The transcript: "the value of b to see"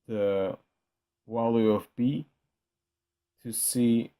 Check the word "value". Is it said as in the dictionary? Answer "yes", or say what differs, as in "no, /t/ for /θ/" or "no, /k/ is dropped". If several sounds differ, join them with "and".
no, /w/ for /v/